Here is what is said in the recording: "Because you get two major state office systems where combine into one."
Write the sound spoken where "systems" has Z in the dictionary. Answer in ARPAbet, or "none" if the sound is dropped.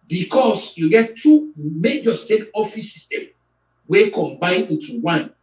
none